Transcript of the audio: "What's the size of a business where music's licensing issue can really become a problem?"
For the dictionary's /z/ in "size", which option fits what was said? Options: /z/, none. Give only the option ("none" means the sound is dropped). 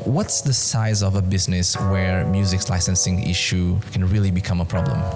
/z/